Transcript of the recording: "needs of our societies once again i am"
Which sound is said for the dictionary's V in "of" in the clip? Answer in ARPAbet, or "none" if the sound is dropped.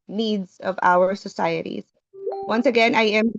V